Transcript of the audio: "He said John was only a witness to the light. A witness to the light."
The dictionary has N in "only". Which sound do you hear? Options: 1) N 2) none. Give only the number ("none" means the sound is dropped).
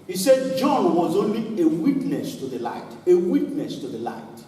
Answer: 1